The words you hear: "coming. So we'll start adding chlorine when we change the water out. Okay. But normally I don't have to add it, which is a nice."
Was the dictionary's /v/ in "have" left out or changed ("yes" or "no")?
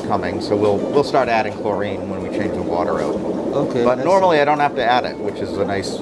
yes